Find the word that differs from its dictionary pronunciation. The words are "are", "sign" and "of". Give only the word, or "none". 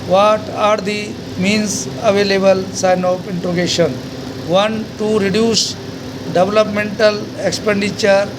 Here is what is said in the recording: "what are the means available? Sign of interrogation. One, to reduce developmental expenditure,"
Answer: of